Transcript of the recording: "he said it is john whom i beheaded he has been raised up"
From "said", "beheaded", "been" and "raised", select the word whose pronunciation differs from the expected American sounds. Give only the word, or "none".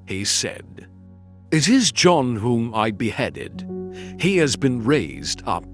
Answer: none